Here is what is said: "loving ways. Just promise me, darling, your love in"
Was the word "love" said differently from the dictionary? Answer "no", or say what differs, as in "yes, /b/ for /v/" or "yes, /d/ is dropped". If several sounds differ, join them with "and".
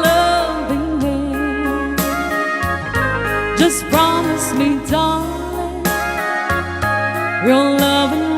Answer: no